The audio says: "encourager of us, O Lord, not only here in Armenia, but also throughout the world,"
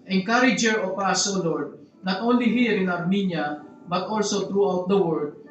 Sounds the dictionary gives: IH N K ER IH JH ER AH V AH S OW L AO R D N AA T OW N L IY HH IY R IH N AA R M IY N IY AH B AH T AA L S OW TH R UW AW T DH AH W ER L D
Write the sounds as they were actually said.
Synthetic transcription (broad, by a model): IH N K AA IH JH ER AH P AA S OW L AO R D N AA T OW N L IY HH IY R IH N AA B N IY N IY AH B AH T AA L S OW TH R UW AW T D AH W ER D